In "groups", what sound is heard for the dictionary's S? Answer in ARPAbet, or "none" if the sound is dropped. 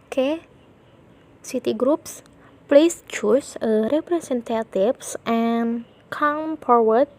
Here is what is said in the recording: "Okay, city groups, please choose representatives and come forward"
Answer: S